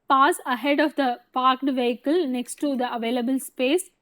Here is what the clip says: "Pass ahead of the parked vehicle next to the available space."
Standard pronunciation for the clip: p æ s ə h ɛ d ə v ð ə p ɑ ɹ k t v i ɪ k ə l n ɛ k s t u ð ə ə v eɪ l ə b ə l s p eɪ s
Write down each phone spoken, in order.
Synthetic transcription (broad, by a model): p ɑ s ə h ɛ d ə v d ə p ɑ ɹ k t v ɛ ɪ k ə l n ɛ k s t u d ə ə v eɪ l ə b ə l s p eɪ s